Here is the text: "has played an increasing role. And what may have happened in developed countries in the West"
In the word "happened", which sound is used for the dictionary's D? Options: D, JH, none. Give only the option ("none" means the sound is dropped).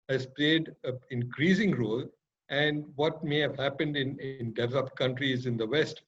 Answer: D